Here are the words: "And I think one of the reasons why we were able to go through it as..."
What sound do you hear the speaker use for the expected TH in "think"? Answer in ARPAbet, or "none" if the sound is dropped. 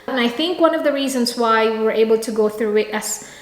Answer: TH